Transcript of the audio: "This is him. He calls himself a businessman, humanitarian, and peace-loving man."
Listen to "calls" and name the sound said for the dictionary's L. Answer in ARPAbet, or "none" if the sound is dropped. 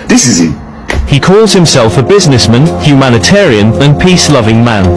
L